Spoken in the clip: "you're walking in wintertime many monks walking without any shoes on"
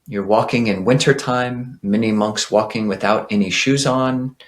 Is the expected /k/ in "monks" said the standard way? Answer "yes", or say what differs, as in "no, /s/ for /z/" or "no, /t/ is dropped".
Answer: yes